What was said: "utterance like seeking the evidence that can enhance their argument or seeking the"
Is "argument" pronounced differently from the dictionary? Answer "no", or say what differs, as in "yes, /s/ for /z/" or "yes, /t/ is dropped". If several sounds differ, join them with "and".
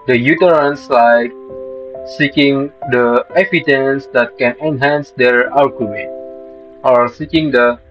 yes, /l/ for /ɹ/